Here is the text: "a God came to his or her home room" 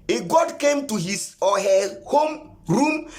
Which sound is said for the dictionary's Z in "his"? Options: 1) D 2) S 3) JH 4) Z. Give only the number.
2